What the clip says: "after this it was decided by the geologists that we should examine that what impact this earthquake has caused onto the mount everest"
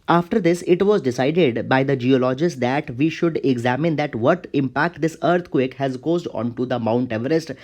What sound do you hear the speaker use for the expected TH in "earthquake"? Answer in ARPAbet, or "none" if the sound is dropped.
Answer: T